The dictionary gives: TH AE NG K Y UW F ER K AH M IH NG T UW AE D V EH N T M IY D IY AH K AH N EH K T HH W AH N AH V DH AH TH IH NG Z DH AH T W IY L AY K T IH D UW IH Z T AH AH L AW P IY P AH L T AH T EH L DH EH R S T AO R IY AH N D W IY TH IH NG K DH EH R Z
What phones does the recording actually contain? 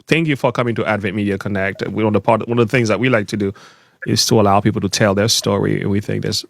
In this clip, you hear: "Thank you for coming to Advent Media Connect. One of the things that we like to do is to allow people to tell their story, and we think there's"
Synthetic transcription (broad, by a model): TH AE NG K Y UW F ER K AH M IH NG T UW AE D V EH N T M IY D IY AH K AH N EH K T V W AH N AH V DH AH TH IH NG Z DH AH T W IY L AY K T IH D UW IH Z T AH AH L AW P IY P L T AH T EH L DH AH R S T AO R IY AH N W IY TH IH NG K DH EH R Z